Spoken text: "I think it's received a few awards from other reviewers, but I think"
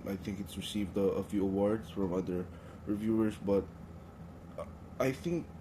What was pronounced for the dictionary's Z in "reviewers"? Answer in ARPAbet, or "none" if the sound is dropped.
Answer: S